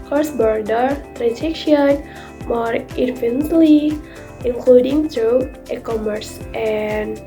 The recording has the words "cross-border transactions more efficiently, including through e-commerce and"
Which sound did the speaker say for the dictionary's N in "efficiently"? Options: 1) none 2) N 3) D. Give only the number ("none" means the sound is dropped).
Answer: 1